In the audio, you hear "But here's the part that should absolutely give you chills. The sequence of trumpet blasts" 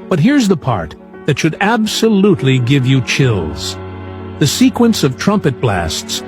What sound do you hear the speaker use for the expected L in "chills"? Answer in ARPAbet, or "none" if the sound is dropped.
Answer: L